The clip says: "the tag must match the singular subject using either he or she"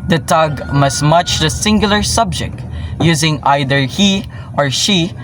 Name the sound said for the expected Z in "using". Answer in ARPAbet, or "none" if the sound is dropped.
Z